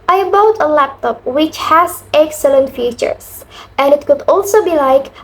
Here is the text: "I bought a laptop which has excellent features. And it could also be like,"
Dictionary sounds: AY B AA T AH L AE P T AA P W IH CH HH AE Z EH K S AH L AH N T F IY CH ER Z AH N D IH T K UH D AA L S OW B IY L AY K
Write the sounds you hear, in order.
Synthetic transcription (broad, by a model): AY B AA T AH L AE P T AA P W IH CH HH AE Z EH K S AH L AH N T F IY CH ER S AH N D IH T K UH D AA L S OW B IY L AY K